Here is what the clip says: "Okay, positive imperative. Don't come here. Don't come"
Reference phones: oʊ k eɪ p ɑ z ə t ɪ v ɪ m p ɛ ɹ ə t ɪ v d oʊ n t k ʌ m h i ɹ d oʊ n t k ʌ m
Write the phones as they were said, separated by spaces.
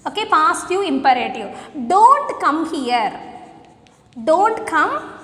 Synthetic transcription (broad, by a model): oʊ k eɪ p ɑ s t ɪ ɪ m p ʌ ɹ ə t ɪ d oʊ n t k ʌ m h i ɹ d oʊ n t k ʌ m